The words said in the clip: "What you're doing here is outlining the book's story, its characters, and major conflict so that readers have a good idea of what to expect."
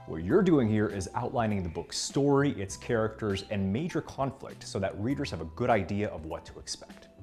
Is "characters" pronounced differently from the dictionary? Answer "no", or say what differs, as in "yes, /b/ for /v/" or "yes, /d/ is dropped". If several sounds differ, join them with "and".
no